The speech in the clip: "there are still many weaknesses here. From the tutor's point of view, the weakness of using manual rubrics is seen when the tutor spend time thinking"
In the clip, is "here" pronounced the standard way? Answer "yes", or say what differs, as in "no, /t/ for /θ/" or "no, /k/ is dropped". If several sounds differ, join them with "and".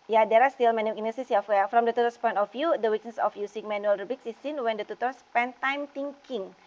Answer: no, /w/ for /ɹ/